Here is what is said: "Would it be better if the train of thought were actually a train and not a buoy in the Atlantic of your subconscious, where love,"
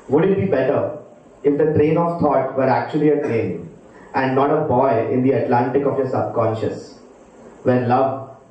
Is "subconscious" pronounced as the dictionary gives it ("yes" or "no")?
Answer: yes